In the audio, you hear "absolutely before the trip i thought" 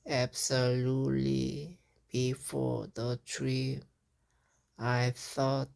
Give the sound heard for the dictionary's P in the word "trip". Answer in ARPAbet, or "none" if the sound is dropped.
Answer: none